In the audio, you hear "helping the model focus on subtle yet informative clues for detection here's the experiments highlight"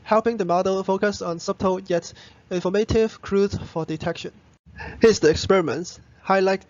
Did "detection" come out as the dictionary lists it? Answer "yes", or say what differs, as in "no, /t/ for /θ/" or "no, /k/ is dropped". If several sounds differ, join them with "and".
yes